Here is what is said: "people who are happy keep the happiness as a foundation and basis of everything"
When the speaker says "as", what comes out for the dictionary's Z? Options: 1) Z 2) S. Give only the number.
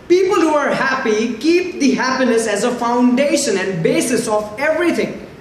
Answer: 1